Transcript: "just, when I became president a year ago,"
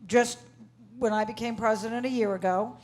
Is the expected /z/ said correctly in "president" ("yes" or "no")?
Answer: yes